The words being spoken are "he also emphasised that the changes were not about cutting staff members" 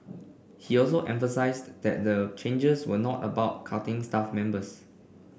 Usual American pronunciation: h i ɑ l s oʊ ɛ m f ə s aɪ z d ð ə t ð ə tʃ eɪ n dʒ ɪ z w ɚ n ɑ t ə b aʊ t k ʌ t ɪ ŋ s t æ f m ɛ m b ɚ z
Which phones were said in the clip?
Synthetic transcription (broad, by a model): h i ɑ l s oʊ ɛ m f ə s aɪ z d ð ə t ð ə tʃ eɪ n dʒ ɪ s w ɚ n ɑ t ə b aʊ t k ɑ t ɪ ŋ s t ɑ f m ɛ m b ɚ s